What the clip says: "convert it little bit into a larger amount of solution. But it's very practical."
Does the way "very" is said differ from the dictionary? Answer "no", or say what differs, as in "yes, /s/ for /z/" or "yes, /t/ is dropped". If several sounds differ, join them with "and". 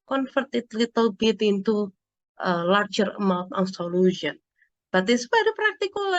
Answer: yes, /p/ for /v/